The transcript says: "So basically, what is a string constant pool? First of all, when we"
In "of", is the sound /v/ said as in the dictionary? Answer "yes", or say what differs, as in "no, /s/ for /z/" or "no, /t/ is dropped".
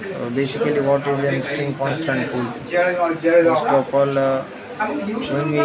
no, /p/ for /v/